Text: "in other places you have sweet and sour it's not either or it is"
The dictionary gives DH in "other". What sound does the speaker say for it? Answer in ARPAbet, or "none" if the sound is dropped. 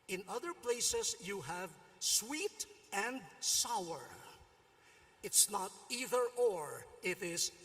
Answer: DH